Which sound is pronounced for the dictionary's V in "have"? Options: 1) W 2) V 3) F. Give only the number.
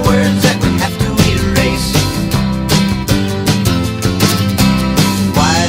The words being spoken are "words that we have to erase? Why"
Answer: 3